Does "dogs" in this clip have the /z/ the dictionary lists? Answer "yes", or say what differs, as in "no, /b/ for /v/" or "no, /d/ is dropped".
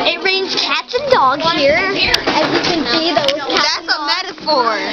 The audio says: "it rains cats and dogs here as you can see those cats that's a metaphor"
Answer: no, /z/ is dropped